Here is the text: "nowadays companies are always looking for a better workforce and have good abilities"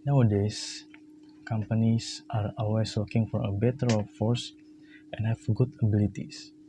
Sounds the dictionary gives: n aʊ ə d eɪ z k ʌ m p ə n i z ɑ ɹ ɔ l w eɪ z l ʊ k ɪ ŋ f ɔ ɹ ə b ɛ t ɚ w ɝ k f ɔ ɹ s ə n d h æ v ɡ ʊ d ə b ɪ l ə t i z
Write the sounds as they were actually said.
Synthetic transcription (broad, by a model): n aʊ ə d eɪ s k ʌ m p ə n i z ɑ ɹ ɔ l w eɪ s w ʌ k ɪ ŋ f ɔ ɹ ə b ɛ t ɚ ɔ f ɔ ɹ s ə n h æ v ɡ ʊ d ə b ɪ l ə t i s